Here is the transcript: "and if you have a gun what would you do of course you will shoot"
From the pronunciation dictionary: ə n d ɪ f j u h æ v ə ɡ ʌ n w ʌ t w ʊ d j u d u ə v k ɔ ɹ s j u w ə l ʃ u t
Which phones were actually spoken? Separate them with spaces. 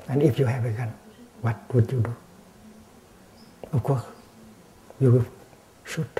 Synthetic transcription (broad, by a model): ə n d ɪ f j u h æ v ə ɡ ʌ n w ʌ t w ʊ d j u d u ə f k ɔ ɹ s j u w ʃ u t